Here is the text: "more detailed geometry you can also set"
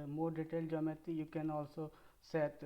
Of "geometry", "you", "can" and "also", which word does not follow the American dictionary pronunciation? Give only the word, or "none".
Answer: geometry